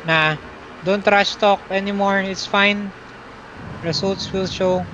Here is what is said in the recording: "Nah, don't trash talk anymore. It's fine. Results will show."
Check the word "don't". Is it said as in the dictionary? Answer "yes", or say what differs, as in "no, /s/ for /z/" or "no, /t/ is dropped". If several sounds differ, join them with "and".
yes